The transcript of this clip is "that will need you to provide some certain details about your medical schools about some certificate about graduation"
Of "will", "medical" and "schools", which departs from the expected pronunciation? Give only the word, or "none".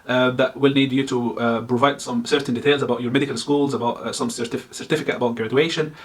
none